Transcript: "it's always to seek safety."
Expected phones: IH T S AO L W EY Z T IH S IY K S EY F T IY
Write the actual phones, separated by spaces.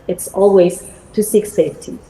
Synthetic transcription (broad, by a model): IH T S AO L W EY Z T IH S IY K S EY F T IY